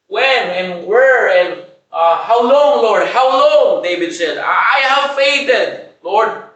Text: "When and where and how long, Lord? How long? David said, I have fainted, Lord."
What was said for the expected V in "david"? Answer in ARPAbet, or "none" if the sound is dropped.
B